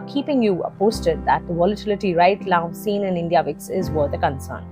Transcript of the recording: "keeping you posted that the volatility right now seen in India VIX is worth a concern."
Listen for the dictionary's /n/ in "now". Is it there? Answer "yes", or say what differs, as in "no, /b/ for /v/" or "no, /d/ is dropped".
no, /l/ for /n/